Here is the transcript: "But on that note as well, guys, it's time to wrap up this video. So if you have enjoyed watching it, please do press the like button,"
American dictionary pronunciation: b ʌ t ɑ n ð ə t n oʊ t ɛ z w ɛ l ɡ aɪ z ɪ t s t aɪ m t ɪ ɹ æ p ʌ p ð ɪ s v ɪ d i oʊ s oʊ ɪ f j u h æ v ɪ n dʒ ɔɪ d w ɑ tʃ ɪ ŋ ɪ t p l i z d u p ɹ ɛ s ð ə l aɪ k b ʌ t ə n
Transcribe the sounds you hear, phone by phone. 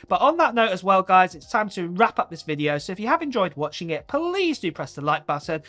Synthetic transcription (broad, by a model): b ʌ t n ð ə t n oʊ t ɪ z w ɛ l ɡ aɪ z ɪ t s t aɪ m t ɪ ɹ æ p ʌ p ð ɪ s v ɪ d i oʊ s oʊ ɪ f j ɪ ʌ v ɪ n dʒ ɔɪ d w ɑ tʃ ɪ ŋ ɪ t p l i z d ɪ p ɹ ɛ s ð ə l aɪ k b ʌ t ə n